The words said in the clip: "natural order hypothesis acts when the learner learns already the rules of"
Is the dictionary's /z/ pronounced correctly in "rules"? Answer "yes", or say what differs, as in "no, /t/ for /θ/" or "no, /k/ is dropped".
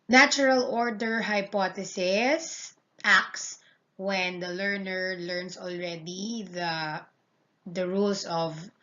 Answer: no, /s/ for /z/